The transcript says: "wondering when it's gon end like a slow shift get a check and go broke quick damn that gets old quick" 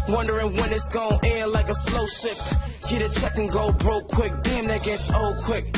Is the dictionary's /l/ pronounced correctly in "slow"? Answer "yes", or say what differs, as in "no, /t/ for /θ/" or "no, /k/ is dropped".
yes